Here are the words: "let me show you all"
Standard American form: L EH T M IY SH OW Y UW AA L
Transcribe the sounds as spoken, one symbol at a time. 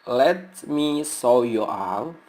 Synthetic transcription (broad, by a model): L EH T M IY S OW Y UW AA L